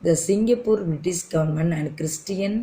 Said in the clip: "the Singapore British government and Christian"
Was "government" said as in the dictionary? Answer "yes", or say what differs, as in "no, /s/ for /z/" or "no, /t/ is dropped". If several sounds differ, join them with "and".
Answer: no, /t/ is dropped